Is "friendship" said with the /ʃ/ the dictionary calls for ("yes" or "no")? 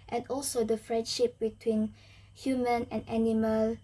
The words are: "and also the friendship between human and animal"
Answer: yes